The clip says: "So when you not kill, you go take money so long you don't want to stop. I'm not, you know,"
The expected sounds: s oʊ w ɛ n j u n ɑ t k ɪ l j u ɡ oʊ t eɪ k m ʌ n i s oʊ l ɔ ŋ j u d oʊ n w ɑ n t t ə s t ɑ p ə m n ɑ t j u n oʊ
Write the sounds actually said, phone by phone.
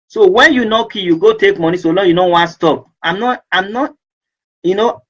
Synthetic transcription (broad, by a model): s oʊ w ɛ n j u n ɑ k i j u ɡ oʊ t eɪ k m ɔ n i s oʊ l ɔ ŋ j u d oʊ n w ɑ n t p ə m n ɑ ə m n ɑ t j u n oʊ